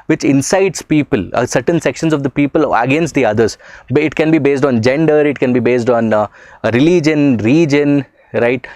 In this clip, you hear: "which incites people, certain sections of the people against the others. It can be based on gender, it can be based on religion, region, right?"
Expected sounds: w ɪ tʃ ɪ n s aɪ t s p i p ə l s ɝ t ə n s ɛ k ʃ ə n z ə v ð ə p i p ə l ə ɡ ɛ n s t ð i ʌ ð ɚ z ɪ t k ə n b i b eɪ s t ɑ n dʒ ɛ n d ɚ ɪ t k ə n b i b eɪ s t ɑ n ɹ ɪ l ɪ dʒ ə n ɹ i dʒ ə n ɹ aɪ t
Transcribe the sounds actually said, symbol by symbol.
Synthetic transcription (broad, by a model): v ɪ tʃ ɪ n s aɪ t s p i p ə l s ɝ t ə n s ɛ k ʃ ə n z ə v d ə p i p ə l ə ɡ ɛ n s t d i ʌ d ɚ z ɪ t k ə n b i b eɪ s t ɑ n dʒ ɛ n d ɚ ɪ t k ə n b i b eɪ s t ɑ n ɹ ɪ l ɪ dʒ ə n ɹ i dʒ ə n ɹ aɪ t